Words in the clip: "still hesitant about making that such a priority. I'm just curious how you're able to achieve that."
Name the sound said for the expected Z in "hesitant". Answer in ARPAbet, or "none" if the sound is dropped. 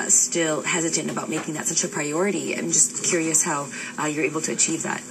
Z